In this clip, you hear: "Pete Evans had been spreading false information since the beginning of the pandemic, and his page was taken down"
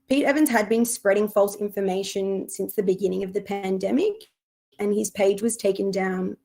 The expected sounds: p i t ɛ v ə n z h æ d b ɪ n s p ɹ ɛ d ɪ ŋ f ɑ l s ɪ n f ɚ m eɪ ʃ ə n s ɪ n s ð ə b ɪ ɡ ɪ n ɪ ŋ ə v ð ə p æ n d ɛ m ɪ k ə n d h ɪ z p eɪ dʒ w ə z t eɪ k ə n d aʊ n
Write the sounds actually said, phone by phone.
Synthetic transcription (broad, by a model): p i t ɛ v ə n z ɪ d b ɪ n s p ɹ ɛ d ɪ ŋ f ɑ l s ɪ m f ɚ m eɪ ʃ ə n s ɪ n s ð ə b ɪ ɡ ɪ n ɪ ŋ ə v ð ə p æ n d ɛ m ɪ k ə n ɪ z p eɪ dʒ w ə z t eɪ k ə n d aʊ n